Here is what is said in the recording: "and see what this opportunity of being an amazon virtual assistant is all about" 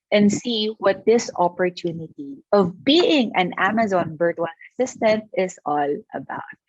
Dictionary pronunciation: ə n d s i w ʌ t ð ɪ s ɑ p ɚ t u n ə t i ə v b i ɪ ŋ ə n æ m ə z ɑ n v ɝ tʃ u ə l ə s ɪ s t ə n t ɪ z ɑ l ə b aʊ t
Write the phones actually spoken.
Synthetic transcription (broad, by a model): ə n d s i w ʌ t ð ɪ s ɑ p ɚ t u n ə t i ə v b i ɪ ŋ ə n æ m ə z ɑ n b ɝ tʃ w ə n ə s ɪ s t ə n t ɪ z ɑ l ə b aʊ t